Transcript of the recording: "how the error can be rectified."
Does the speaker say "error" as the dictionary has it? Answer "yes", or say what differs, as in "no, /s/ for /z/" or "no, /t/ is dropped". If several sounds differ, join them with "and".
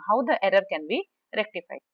yes